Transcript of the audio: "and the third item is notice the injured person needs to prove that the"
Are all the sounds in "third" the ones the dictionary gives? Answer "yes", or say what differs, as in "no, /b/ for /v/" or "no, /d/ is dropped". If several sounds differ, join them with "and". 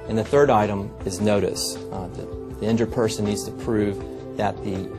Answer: yes